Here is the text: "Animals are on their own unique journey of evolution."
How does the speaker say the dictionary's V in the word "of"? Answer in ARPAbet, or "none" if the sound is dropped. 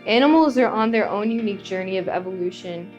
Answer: V